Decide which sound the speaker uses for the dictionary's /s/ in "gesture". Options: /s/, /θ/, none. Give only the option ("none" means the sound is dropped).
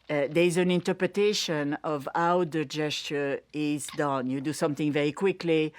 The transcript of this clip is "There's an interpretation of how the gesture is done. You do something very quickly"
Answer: /s/